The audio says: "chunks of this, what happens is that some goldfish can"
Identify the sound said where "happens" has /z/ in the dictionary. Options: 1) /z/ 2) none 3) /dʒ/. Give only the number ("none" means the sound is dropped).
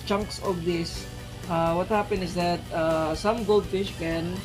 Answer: 2